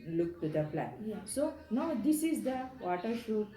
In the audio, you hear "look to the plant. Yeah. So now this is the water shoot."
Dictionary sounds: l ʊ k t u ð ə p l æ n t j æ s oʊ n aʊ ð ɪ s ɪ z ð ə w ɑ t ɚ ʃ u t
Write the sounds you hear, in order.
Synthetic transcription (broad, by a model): l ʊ k t u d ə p l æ t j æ s oʊ n aʊ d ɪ s ɪ z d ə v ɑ t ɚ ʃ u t